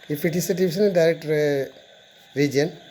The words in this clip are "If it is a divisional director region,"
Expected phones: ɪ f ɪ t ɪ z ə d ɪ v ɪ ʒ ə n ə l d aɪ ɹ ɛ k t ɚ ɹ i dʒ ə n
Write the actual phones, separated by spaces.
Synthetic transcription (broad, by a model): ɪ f ɪ t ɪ s ə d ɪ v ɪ s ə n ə d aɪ ɹ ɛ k t ɹ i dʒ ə n